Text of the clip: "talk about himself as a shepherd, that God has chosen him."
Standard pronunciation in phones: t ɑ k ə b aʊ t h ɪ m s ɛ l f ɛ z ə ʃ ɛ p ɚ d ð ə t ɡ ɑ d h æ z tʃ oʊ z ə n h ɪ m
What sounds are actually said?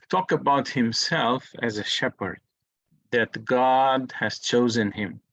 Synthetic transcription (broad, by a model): t ɑ k ə b aʊ t h ɪ m s ɛ l f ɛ z ə ʃ ɛ p ɚ d ð ə t ɡ ɑ d h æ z tʃ oʊ z ə n h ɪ m